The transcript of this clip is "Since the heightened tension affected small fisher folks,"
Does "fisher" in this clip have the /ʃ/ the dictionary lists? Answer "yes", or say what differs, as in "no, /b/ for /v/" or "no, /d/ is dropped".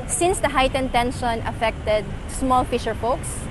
yes